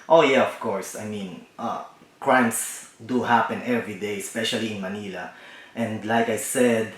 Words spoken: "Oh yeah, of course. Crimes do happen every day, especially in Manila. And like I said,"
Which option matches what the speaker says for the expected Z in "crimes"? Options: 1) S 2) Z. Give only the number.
1